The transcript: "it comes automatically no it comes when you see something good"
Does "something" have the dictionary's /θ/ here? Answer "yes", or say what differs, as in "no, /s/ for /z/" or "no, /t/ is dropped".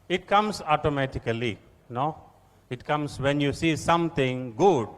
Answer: no, /t/ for /θ/